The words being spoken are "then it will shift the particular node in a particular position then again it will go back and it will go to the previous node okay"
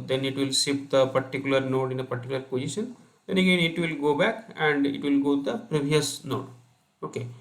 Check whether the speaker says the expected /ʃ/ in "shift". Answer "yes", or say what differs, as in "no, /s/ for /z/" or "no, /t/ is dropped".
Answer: no, /s/ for /ʃ/